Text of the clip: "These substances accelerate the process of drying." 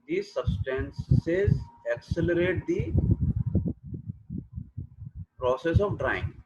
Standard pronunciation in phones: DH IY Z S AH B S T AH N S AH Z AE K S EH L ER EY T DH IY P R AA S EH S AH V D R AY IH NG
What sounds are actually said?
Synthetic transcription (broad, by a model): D IY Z S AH B S T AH N S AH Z AE K S EH L ER EY T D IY P R AA S EH S AH V D R AY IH NG